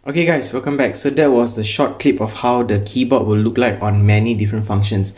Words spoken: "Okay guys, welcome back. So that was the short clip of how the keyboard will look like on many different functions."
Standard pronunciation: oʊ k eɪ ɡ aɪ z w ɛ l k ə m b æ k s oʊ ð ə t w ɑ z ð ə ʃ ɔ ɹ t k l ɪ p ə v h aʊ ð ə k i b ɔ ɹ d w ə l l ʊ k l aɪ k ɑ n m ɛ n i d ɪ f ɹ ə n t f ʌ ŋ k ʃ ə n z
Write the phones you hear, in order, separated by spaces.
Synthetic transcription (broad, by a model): oʊ k eɪ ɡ aɪ s w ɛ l k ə m b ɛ k s oʊ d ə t w ɑ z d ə ʃ ɔ t k l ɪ p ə f h aʊ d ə k i b ɔ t w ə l l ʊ k l aɪ k ɑ n m ɛ n i d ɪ f ɹ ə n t f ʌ ŋ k ʃ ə n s